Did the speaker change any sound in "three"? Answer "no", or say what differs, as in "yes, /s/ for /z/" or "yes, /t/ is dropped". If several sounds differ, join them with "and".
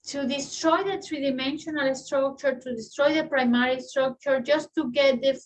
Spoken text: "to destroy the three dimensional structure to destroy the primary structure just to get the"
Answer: yes, /t/ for /θ/